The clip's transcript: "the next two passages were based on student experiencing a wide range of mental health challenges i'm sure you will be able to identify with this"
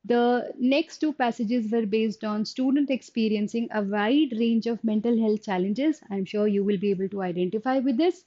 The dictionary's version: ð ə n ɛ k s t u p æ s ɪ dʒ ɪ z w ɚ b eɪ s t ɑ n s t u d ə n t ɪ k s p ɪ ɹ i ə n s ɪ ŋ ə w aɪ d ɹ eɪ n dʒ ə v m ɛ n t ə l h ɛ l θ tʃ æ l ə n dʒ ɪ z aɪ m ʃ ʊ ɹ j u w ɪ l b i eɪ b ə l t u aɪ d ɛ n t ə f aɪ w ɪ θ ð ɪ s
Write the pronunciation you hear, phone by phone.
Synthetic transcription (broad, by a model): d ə n ɛ k s t u p æ s ɪ dʒ ɪ z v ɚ b eɪ s t ɑ n s t u d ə n t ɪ k s p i ɹ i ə n s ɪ ŋ ə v aɪ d ɹ eɪ n dʒ ə v m ɛ n t ə l h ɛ l t tʃ æ l ə n dʒ ɪ z aɪ m ʃ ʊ ɹ j u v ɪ l b i eɪ b ə l t u aɪ d ɛ n t ə f aɪ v ɪ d ɪ s